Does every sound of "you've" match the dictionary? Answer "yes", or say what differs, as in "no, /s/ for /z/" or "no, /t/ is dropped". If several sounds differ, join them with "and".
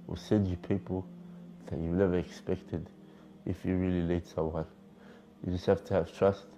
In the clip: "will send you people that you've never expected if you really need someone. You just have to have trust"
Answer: no, /w/ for /v/